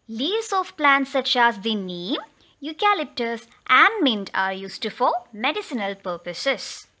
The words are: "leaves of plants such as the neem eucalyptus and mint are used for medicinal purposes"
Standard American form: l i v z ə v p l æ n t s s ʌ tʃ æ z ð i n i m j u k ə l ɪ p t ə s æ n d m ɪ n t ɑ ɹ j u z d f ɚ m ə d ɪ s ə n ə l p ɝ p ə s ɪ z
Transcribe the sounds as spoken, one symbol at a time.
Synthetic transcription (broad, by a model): l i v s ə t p l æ n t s s ʌ tʃ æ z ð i n i m j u k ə l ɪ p t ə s æ n d m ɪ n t ɑ ɹ j u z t f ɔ m ə d ɪ s ə n ə l p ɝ p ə s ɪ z